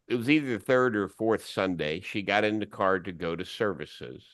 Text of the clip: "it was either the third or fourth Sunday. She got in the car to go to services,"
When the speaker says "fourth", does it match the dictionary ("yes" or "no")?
yes